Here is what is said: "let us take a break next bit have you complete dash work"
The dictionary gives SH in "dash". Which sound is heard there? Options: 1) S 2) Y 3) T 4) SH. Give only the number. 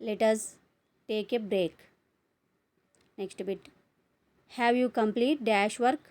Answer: 4